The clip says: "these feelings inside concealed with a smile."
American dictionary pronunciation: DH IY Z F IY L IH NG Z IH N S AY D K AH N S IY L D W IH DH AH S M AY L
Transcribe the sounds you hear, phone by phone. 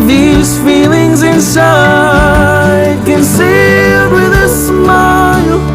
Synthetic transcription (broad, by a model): DH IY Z F IY L IH NG Z IH N S AY D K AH N S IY D W IH DH AH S M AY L